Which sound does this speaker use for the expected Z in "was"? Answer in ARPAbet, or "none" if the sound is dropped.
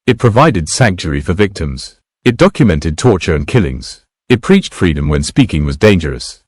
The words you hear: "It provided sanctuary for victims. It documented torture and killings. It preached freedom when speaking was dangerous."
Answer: Z